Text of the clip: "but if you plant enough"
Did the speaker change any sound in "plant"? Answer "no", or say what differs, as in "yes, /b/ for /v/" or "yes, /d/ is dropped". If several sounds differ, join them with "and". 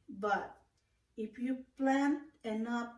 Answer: no